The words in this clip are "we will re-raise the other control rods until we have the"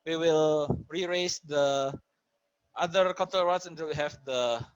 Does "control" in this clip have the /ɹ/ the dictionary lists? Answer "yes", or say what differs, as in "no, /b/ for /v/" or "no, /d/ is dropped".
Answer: no, /ɹ/ is dropped